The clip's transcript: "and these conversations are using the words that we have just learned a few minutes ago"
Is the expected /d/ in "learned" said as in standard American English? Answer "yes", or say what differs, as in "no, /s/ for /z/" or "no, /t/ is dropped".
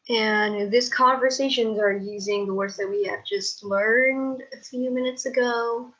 yes